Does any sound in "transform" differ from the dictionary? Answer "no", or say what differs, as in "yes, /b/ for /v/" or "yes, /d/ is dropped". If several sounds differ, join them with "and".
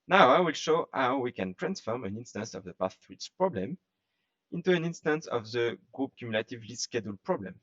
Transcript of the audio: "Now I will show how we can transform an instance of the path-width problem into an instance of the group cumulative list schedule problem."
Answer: no